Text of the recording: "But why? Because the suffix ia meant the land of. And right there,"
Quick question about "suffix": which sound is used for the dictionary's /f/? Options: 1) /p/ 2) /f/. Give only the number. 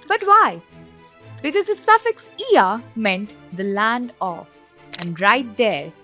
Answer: 2